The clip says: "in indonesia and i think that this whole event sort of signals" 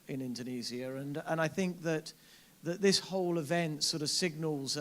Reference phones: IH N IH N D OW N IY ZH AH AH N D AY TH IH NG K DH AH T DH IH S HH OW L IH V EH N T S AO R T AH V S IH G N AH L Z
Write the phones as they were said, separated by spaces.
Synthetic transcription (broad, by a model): IH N IH N D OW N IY Z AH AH N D AY TH IH NG K DH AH T DH IH S HH OW L IH V EH N T S AO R T AH V S IH G N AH L Z